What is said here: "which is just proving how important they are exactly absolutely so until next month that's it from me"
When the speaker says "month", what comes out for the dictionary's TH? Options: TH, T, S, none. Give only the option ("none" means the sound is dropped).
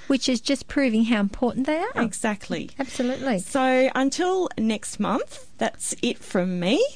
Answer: TH